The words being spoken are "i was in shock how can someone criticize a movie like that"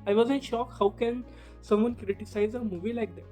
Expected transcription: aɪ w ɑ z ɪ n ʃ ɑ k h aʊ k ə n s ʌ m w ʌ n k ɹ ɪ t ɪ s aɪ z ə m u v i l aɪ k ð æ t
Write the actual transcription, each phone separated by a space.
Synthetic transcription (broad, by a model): aɪ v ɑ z ɪ n ʃ ɑ k h aʊ k ə n s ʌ m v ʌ n k ɹ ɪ t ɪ s aɪ z ə m u v i l aɪ k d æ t